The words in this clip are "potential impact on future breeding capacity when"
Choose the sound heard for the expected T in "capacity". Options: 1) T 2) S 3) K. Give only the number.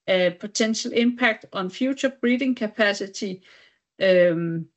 2